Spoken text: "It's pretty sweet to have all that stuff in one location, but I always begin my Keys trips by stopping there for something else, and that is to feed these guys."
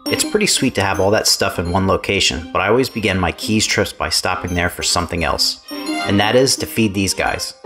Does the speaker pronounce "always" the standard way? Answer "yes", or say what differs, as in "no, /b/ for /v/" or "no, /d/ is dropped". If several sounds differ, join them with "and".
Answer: yes